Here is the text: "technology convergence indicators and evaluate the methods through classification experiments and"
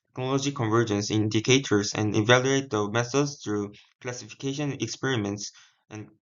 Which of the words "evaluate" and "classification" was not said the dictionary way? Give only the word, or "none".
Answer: none